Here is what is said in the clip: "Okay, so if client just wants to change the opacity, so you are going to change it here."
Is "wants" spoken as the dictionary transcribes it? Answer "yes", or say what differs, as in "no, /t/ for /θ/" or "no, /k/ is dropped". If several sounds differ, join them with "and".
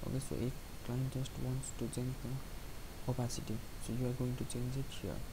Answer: yes